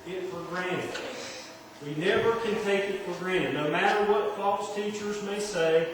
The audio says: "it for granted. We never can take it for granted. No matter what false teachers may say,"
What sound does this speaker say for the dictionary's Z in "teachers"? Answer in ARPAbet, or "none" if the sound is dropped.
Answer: Z